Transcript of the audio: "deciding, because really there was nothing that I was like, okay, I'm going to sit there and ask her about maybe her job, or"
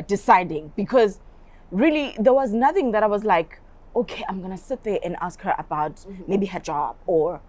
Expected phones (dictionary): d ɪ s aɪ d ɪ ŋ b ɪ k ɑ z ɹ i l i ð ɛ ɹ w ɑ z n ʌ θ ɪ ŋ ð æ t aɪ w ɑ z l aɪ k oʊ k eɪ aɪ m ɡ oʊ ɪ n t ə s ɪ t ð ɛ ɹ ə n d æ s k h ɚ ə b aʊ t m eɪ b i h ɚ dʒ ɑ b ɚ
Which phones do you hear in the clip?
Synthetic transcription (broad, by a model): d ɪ s aɪ d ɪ ŋ b ɪ k ɑ z ɹ i l i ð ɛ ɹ w ɑ z n ʌ θ ɪ ŋ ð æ t aɪ w ɑ z l aɪ k oʊ k eɪ aɪ m ɡ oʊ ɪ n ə s ɪ t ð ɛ ɹ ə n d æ s k h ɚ ə b aʊ t m eɪ b i h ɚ dʒ ɑ b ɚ